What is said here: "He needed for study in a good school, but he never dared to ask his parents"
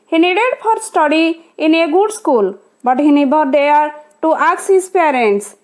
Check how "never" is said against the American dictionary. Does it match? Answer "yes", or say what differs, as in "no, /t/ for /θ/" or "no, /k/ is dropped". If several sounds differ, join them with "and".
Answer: no, /b/ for /v/